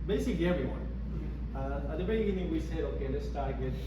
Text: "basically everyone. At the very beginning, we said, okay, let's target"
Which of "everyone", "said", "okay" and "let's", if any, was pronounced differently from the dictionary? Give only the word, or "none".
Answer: let's